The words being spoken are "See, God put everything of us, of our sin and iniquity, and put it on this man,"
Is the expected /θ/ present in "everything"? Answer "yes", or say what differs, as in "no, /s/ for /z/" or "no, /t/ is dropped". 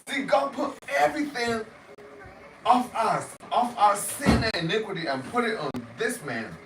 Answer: yes